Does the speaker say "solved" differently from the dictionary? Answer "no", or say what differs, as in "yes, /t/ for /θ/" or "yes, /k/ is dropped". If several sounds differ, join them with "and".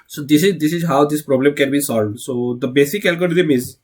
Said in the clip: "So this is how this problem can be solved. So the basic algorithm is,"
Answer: no